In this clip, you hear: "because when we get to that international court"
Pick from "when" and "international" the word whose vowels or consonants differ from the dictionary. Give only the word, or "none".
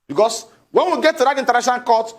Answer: international